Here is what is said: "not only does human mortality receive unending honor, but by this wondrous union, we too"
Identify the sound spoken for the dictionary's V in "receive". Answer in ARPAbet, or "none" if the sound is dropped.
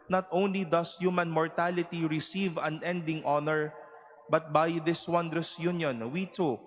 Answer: V